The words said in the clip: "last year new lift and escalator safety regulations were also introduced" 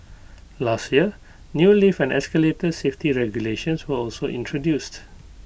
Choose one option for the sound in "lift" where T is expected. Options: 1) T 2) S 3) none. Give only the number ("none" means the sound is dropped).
3